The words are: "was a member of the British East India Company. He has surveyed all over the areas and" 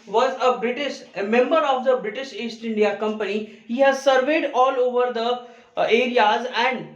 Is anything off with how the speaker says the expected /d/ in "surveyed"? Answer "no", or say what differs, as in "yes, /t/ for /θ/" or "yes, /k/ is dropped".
no